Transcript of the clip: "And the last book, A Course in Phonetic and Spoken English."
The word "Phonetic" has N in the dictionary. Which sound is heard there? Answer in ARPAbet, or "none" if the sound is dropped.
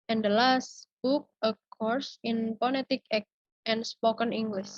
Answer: L